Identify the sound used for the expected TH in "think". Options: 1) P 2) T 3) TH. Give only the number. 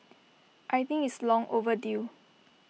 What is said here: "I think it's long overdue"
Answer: 2